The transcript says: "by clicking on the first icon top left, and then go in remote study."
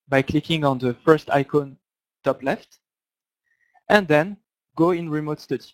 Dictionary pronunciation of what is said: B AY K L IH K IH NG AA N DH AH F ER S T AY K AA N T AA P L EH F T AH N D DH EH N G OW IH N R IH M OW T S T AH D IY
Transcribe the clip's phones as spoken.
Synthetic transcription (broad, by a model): B AY K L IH K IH NG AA N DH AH F ER S T AY K AA N T AA P L EH F T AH N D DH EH N G OW IH N R IH M OW T S T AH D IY